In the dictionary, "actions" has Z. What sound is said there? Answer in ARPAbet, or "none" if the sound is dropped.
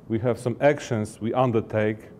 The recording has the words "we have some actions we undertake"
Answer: S